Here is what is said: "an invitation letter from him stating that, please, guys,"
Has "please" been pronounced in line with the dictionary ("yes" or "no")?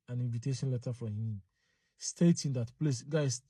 no